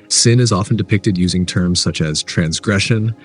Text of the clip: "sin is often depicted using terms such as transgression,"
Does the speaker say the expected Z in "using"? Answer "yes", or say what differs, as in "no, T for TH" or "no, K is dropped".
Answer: yes